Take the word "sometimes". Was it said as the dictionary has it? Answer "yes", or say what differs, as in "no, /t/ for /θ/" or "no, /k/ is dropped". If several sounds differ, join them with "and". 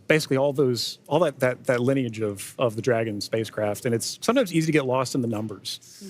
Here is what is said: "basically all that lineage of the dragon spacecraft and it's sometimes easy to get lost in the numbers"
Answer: yes